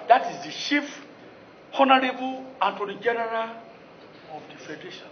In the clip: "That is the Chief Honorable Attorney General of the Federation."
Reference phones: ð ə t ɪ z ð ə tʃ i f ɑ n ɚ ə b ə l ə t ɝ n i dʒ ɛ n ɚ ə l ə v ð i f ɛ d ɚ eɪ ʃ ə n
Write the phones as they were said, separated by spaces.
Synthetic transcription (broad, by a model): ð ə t ɪ z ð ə ʃ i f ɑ n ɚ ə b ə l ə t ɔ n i dʒ ɛ n ɚ ə l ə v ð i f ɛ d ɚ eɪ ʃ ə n